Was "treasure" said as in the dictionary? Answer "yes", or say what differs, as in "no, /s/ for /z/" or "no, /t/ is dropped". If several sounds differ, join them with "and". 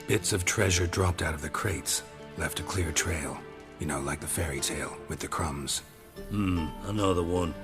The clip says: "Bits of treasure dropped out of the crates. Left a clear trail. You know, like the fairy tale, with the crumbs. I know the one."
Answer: yes